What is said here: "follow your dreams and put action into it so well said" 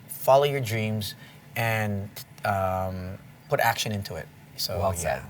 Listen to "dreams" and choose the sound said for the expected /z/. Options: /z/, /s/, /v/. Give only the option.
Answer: /z/